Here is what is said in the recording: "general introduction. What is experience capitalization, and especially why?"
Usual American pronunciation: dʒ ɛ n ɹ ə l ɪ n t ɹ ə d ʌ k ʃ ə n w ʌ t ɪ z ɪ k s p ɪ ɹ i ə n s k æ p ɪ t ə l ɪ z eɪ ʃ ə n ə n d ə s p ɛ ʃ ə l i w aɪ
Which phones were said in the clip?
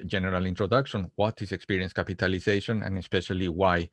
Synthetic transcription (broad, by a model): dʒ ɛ n ɹ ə l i n t ɹ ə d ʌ k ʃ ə n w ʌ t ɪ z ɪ k s p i ɹ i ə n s k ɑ p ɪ t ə l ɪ s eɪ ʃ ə n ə n ə s p ɛ ʃ ə l i w aɪ